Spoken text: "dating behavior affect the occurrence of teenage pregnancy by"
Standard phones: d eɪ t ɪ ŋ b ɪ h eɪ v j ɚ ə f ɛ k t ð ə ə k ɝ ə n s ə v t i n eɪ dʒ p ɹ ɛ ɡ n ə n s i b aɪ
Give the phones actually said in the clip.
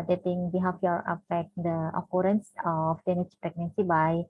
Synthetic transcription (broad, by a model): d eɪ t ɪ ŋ b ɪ h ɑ f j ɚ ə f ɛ t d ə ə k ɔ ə n s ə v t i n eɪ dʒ p ɹ ɛ ɡ n ə n s i b aɪ